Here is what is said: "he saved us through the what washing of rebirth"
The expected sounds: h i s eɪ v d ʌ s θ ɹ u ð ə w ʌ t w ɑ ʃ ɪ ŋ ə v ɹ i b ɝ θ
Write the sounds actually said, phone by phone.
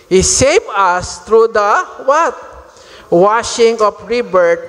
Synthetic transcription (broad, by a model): h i s eɪ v ʌ s t ɹ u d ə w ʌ t w ɑ ʃ ɪ ŋ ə f ɹ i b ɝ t